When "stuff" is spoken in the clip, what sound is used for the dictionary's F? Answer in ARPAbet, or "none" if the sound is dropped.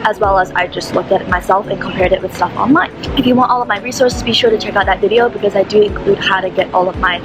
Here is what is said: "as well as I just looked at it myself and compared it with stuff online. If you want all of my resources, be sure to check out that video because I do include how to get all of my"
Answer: F